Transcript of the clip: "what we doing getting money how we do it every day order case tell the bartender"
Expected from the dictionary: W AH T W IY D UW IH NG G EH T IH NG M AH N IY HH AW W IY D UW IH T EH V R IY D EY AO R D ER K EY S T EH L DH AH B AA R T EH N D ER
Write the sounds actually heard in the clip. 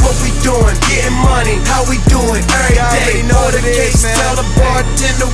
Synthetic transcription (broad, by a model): W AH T W IY D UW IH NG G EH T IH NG M AH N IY HH AW W IY D UW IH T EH R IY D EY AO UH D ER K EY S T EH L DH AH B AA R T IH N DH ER